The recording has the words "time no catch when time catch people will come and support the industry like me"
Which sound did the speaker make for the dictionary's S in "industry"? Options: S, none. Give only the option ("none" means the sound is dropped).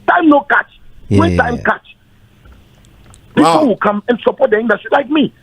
none